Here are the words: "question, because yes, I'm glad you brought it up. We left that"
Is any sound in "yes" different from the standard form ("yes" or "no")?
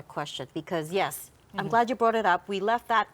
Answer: no